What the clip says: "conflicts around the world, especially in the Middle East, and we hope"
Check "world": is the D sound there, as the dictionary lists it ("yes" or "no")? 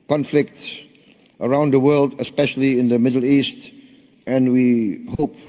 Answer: yes